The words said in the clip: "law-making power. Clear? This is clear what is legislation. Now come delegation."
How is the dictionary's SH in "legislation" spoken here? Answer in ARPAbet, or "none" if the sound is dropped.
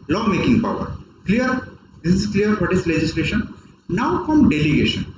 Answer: SH